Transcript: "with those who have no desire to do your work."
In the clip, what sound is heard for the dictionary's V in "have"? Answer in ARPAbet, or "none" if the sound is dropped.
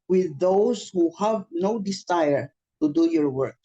V